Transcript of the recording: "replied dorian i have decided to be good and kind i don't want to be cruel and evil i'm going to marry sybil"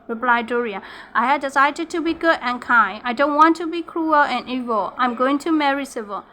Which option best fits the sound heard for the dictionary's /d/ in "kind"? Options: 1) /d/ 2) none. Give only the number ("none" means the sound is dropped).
2